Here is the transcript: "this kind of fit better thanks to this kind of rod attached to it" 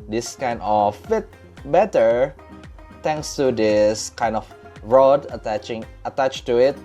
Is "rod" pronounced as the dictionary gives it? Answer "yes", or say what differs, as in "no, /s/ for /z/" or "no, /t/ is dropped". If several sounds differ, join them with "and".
yes